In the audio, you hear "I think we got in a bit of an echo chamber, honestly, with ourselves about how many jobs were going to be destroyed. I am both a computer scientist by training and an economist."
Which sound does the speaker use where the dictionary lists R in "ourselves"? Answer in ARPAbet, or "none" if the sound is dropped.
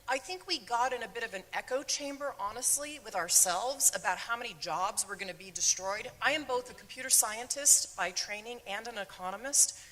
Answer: R